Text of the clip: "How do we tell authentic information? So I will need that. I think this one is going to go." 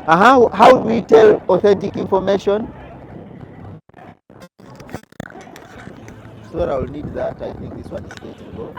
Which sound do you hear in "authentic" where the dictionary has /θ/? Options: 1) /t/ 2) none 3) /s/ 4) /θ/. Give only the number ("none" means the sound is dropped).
4